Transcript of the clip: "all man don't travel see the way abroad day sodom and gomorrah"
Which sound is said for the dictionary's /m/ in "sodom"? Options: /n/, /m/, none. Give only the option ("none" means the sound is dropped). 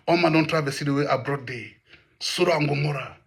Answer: none